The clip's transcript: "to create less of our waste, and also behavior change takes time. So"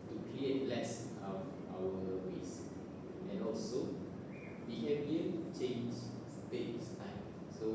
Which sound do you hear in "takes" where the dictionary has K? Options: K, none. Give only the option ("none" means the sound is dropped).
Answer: none